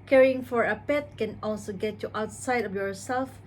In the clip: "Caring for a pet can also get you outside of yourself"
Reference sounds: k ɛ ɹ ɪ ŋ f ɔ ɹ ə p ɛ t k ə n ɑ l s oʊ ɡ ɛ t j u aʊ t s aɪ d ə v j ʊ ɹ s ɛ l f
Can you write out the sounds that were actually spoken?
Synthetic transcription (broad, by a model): k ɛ ɹ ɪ ŋ f ɔ ɹ ə p ɛ t k ə n ɑ l s oʊ ɡ ɛ t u aʊ t s aɪ d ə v j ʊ ɹ s ɛ l f